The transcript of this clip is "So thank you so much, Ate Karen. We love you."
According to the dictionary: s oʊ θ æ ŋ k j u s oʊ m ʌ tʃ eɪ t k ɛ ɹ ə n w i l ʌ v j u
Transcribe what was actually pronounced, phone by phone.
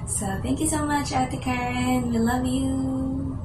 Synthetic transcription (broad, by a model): s oʊ θ æ ŋ k j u s oʊ m ʌ tʃ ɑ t k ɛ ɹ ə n w i l ʌ v j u